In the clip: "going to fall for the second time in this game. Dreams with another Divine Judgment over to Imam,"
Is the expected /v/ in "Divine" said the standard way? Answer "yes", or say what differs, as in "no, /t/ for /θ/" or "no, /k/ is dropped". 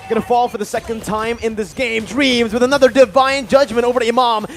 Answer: yes